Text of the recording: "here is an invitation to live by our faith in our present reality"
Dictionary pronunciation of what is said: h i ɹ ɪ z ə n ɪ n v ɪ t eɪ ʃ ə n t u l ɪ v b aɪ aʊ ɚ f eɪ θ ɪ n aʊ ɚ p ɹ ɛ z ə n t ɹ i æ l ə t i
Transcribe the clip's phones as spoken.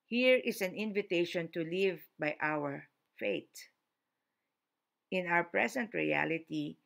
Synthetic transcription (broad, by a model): h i ɹ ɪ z ə n ɪ n v ɪ t eɪ ʃ ə n t u l ɪ v b aɪ aʊ ɚ f eɪ t ɪ n aʊ ɚ p ɹ ɛ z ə n t ɹ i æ l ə t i